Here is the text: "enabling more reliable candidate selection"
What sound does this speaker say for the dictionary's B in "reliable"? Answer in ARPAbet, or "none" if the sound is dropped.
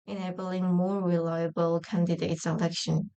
B